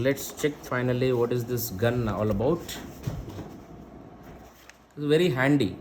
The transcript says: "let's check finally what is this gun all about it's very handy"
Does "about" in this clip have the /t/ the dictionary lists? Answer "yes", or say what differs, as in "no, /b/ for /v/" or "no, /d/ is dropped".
no, /t/ is dropped